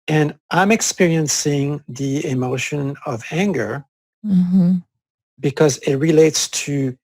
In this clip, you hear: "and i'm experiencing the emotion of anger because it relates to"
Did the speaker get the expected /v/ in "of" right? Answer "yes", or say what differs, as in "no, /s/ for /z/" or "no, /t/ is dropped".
yes